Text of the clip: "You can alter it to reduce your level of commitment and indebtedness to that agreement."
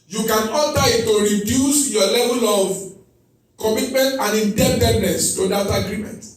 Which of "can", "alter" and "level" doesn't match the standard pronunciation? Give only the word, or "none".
alter